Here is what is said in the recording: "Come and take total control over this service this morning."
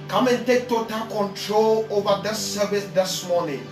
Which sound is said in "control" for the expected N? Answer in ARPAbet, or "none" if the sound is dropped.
N